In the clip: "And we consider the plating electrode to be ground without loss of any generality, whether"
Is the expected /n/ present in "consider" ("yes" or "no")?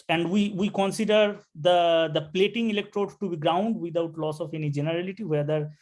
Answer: yes